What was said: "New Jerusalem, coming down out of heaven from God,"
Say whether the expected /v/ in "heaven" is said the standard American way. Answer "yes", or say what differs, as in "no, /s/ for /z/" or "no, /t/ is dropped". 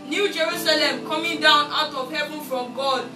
no, /b/ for /v/